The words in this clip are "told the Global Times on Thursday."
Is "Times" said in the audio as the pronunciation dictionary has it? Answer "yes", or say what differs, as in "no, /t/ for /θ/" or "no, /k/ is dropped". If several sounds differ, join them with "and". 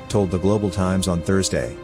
yes